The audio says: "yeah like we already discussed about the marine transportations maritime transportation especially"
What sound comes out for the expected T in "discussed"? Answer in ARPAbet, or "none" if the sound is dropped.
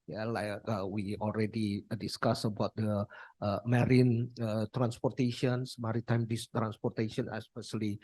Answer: none